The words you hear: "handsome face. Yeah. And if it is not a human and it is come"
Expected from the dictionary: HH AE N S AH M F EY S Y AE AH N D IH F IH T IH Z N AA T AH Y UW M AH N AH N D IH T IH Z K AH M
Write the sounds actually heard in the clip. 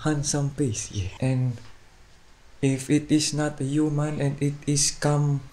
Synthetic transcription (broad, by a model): HH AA N S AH M P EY S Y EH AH N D IH F IH T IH S N AA T AH Y UW M AH N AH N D IH T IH S K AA M